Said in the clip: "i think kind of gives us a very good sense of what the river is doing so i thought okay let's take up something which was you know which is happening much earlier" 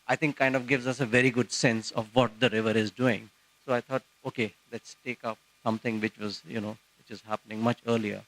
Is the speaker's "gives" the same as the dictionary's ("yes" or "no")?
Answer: yes